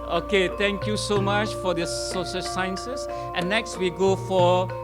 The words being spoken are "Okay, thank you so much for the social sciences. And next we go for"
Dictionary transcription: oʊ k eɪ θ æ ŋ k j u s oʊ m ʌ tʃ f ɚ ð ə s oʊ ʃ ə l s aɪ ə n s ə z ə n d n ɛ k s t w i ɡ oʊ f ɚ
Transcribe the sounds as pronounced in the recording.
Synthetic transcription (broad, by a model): oʊ k eɪ t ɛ ŋ k j u s oʊ m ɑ tʃ f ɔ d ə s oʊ s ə s aɪ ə n s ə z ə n n ɛ k s t w i ɡ oʊ f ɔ